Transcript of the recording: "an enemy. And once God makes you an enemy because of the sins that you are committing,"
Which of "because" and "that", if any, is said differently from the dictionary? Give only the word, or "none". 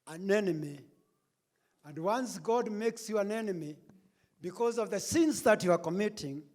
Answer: none